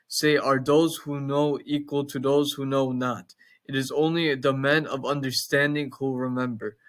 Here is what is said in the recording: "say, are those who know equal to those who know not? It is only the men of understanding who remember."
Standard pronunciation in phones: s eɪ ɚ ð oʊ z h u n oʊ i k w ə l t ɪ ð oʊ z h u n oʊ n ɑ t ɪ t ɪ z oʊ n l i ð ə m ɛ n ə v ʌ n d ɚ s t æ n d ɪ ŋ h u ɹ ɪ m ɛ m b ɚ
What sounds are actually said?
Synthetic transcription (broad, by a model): s eɪ ɚ ð oʊ z h u n oʊ i k w ə l t ɪ ð oʊ z h u n oʊ n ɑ t ɪ t ɪ z oʊ n l i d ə m ɛ n ə v ʌ n d ɚ s t æ n d ɪ ŋ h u ɹ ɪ m ɛ m b ɚ